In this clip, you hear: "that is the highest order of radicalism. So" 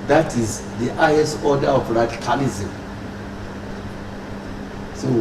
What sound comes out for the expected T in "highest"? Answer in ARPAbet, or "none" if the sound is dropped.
none